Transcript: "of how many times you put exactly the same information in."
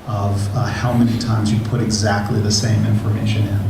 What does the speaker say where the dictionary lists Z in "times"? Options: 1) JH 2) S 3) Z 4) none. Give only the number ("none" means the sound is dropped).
3